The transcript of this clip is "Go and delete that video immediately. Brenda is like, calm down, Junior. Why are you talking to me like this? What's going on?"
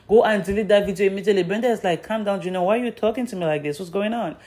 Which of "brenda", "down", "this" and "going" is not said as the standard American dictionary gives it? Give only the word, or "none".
brenda